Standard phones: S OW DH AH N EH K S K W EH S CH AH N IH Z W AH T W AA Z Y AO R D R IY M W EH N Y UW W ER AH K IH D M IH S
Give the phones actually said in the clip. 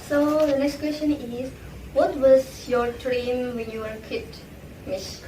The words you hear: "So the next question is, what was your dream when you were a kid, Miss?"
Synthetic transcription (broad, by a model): S OW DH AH N EH K S K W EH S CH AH N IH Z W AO T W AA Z Y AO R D R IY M W EH N Y UW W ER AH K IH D M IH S